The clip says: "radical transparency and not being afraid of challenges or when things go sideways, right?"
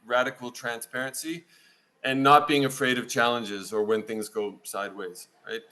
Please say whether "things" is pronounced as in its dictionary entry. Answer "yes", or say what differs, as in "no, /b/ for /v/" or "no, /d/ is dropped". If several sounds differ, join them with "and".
yes